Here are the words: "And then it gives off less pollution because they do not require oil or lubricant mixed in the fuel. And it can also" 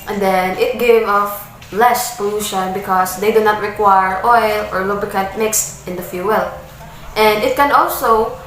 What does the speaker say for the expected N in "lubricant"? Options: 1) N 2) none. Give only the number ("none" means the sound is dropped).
2